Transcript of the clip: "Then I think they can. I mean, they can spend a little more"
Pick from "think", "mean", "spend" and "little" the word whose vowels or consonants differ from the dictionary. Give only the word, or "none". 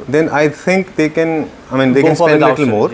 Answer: think